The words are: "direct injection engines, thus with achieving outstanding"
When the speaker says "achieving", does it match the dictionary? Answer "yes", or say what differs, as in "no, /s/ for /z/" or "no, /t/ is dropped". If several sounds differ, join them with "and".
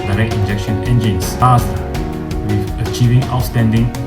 yes